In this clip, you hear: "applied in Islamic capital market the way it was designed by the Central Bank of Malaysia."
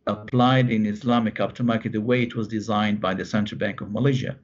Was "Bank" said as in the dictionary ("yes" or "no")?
yes